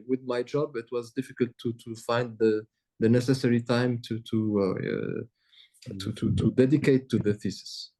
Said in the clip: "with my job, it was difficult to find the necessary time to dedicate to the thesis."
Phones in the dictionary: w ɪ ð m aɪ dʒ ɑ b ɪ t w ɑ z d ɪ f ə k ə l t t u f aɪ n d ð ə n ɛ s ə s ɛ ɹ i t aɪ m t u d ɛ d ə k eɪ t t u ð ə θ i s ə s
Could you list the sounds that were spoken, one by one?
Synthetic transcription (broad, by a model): w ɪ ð m aɪ dʒ ɑ b ɪ t w ɑ z d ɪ f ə k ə l t t u f aɪ n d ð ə n ɛ s ə s ɛ ɹ i t aɪ m t u d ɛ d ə k eɪ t t u ð ə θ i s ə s